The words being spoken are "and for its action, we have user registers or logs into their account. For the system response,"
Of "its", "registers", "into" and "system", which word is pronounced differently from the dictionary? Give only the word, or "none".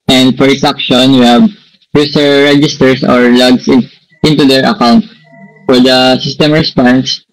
registers